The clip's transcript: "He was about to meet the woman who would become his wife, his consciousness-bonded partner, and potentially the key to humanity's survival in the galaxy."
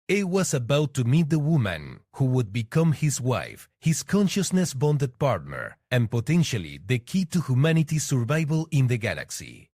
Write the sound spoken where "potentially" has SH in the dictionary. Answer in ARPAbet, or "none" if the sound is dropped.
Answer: SH